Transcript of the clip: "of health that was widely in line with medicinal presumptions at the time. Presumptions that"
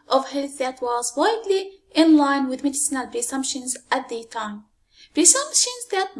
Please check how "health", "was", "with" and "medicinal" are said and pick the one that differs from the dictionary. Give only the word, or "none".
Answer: none